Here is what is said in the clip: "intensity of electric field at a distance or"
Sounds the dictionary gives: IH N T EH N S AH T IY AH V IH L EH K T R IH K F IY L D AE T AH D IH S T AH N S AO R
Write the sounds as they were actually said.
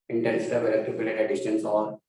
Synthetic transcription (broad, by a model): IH N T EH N S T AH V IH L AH T IH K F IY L EH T AH D IH S T AH N S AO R